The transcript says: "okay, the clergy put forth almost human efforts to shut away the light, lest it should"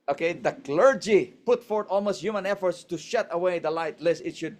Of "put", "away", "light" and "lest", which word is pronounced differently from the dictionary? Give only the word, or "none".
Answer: lest